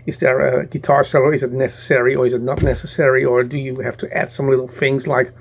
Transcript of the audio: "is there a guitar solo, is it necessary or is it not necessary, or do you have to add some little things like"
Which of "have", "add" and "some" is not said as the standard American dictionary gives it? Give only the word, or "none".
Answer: have